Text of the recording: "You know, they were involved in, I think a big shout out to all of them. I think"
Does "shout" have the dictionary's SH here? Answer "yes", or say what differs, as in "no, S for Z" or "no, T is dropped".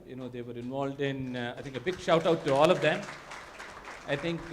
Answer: yes